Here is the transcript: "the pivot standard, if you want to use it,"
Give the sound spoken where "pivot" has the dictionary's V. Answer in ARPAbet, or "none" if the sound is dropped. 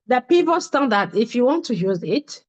P